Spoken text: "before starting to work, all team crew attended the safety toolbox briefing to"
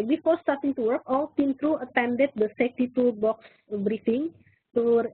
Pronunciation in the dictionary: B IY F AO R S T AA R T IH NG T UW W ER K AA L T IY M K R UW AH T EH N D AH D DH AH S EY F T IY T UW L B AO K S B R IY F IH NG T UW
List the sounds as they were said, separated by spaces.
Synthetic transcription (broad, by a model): B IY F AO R S T AA R T IH NG T UW W ER K AA L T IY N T R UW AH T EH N D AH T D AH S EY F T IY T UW B AO K S B R IY F IH NG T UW